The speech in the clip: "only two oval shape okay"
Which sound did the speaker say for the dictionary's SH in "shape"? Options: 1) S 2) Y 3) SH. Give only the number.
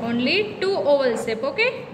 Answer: 1